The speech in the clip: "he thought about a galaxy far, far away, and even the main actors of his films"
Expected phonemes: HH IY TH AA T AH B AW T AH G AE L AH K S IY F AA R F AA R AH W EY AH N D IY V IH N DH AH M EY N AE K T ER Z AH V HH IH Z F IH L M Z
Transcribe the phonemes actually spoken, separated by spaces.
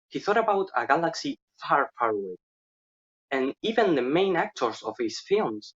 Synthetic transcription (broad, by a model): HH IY TH AA T AH B AW T AH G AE L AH K S IY F AA R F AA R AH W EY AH N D IY V IH N DH AH M EY N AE K T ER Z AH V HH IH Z F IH L M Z